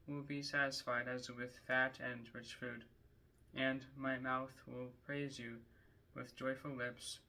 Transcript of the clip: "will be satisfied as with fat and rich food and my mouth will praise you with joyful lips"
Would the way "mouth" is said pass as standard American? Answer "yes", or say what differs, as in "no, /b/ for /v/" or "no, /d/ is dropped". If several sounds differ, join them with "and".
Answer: yes